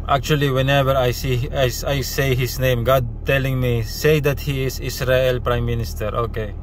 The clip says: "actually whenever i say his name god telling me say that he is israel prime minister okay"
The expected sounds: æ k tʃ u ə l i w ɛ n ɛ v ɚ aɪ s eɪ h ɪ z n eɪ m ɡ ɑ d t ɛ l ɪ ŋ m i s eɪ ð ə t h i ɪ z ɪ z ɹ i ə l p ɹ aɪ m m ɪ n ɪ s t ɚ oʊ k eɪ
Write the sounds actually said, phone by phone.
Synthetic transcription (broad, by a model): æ k tʃ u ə l i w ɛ n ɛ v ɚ aɪ s eɪ h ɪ s n eɪ m ɡ ɑ d t ɛ l ɪ ŋ m i s eɪ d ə t h i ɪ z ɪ s ɹ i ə l p ɹ aɪ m m ɪ n ɪ s t ɚ oʊ k eɪ